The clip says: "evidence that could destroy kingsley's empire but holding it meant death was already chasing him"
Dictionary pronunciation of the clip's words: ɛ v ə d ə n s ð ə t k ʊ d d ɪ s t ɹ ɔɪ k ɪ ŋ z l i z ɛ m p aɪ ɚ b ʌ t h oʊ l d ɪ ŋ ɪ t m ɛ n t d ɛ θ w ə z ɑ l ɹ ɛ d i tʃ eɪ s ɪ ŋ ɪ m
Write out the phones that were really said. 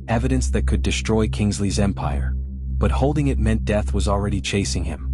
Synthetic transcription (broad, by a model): ɛ v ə d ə n s ð ə t k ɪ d d ɪ s t ɹ ɔɪ k ɪ ŋ z l i z ɛ m p aɪ ɚ b ʌ t h oʊ l d ɪ ŋ ɪ t m ɛ n d ɛ θ w ə z l ɹ ɛ d i tʃ eɪ s ɪ ŋ ɪ m